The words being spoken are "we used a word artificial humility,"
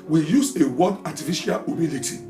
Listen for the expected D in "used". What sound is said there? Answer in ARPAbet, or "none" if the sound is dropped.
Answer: none